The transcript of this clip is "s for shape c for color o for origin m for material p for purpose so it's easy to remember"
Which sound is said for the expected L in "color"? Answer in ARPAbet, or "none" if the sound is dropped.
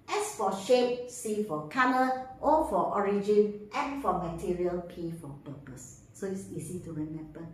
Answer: N